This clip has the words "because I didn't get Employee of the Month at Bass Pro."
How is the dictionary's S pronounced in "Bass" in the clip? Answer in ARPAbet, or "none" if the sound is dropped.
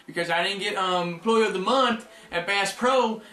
S